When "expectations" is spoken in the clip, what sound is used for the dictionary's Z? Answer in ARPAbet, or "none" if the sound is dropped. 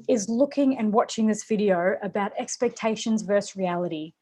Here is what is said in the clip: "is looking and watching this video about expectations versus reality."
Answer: Z